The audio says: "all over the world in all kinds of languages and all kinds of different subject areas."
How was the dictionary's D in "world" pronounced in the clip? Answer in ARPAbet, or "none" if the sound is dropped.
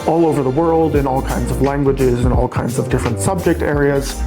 D